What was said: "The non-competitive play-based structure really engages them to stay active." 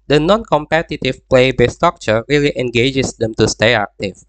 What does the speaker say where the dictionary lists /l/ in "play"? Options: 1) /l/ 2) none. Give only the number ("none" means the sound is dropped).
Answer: 1